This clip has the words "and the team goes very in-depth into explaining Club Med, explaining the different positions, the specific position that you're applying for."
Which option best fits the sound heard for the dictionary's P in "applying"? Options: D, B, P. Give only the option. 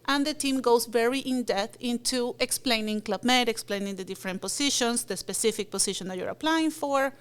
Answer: P